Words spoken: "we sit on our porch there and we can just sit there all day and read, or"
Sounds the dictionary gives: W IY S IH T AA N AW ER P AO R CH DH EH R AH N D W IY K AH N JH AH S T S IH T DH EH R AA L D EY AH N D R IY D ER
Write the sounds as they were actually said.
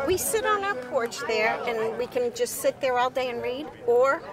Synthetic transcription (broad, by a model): W IY S IH T N AW ER P AO R CH DH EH R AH N W IY K AH N JH AH S T S IH T DH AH R AA L D EY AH N R IY D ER